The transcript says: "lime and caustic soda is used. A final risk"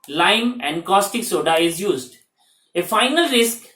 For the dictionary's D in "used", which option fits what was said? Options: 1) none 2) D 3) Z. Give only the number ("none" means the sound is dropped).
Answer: 2